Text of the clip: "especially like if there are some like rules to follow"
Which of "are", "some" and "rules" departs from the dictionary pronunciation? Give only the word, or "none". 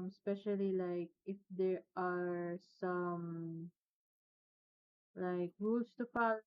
rules